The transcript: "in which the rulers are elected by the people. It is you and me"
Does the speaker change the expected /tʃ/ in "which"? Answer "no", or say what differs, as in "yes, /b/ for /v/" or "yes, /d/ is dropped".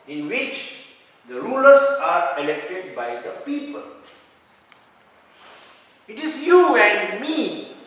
no